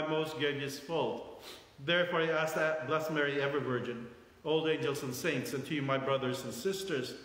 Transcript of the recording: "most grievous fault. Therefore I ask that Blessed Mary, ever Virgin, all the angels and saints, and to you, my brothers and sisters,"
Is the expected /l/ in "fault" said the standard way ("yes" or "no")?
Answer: yes